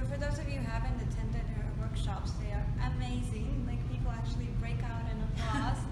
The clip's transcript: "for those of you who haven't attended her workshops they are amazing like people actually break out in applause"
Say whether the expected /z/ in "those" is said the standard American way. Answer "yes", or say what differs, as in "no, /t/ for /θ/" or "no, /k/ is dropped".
yes